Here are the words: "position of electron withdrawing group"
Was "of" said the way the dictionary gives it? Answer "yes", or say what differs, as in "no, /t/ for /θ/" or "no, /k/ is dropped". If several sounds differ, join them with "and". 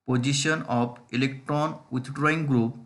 no, /p/ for /v/